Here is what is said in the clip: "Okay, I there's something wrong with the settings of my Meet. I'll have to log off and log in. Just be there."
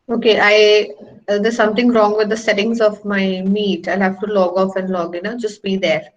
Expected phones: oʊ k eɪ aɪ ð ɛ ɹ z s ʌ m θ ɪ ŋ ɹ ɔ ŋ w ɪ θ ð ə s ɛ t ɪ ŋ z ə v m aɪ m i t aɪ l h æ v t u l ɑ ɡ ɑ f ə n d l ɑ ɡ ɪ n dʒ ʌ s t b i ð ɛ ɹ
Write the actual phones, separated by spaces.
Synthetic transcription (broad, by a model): oʊ k eɪ aɪ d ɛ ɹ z s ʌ m t ɪ ŋ ɹ ɔ ŋ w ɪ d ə s ɛ t ɪ ŋ z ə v m aɪ m i t aɪ l h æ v t u l ɑ ɡ ɑ f ə n d l ɑ ɡ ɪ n dʒ ʌ s t b i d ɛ ɹ